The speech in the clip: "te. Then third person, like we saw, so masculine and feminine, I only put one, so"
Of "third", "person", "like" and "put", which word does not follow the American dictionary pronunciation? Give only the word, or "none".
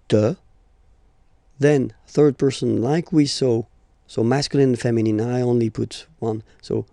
none